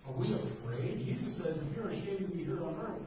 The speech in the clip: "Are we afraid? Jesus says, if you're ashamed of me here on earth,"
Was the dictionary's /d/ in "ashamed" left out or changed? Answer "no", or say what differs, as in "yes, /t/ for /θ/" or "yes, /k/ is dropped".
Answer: yes, /d/ is dropped